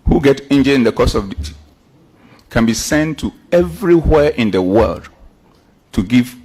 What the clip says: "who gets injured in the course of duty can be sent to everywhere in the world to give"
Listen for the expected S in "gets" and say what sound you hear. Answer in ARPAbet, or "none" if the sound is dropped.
none